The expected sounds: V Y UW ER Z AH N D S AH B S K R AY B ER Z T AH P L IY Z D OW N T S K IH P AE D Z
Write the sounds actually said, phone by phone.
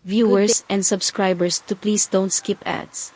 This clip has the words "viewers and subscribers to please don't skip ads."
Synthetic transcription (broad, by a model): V Y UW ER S AH N D S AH B S K R AY B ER S T AH P L IY S D OW N T S K IH P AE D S